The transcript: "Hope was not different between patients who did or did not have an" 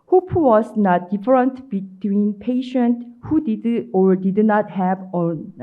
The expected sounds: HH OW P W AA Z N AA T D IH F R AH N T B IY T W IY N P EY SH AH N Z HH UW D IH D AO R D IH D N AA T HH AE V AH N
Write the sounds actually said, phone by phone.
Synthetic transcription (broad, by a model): HH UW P W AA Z N AA T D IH F R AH N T B IY T W IY N P EY SH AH N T HH UW D IH D AO R D IH D N AA T HH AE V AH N